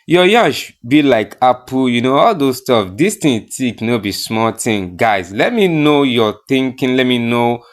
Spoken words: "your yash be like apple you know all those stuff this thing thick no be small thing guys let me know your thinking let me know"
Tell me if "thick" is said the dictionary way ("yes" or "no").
no